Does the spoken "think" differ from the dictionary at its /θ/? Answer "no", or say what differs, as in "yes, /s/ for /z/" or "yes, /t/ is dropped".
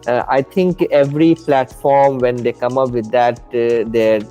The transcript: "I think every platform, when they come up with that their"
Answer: yes, /t/ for /θ/